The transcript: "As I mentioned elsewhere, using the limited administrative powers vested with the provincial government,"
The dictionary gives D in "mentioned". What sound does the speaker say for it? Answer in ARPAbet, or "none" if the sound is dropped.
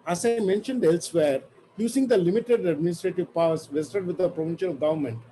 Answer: D